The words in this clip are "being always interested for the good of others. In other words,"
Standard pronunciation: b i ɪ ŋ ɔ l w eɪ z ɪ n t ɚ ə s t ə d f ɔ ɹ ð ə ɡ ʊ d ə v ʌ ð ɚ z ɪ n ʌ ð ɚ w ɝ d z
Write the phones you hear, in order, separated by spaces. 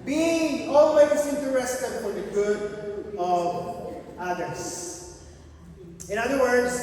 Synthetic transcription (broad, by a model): b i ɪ ŋ ɔ l w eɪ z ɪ n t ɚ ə s t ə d f ɔ ɹ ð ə ɡ ʊ d ə v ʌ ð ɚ s ɪ n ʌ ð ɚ w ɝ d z